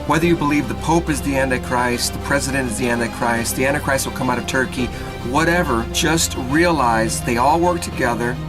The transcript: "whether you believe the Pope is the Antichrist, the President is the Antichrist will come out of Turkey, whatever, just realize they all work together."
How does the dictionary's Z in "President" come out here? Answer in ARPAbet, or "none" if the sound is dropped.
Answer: Z